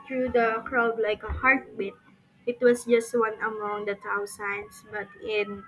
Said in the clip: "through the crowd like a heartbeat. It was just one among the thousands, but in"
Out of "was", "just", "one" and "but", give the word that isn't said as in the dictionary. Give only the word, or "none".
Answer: was